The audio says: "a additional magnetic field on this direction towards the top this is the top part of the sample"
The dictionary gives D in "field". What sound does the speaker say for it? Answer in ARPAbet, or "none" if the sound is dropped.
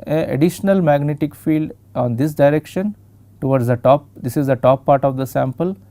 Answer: D